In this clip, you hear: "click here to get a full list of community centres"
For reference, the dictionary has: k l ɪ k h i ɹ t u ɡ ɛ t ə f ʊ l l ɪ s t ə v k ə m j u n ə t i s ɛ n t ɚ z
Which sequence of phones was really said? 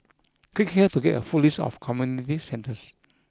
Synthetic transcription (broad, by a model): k w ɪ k h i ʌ t u ɡ ɛ t ə f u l l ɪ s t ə f k ə m j u n ə t i s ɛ n t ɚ s